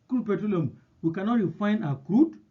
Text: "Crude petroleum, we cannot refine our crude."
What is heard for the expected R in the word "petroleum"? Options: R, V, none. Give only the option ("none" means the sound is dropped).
none